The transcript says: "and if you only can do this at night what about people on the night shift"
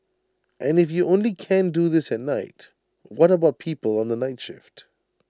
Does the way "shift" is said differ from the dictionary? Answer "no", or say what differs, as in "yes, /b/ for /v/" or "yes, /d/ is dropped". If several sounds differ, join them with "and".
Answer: no